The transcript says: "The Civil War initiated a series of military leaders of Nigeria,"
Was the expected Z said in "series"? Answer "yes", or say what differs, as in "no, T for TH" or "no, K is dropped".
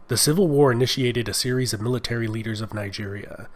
yes